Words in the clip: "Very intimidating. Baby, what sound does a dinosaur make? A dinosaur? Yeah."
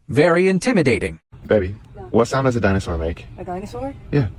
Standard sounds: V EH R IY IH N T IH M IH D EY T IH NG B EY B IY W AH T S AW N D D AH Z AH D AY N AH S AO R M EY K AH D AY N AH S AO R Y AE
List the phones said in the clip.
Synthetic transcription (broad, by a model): V EH R IY IH N T IH M IH D EY T IH NG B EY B IY W AH T S AW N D D AH Z AH D AY N AH S AO R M EY AH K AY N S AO Y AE